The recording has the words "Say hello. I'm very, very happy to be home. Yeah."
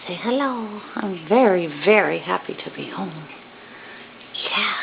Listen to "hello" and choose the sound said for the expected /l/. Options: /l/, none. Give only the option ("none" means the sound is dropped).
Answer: /l/